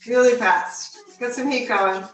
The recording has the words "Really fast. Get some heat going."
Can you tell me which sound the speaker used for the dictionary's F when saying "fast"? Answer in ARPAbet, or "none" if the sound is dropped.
P